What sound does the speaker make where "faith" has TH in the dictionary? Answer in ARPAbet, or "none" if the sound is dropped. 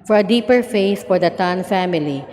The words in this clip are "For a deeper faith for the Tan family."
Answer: S